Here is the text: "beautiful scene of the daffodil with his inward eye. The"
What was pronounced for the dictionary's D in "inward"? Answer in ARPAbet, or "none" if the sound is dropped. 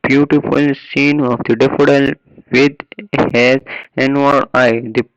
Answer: none